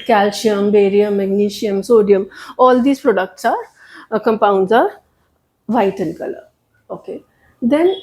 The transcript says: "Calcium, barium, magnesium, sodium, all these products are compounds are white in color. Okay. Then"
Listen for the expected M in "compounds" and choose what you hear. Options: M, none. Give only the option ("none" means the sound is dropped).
M